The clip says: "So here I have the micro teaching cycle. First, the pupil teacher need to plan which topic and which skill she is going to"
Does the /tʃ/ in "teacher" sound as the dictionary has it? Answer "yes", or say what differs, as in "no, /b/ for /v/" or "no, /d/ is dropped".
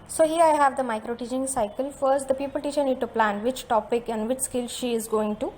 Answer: no, /ʃ/ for /tʃ/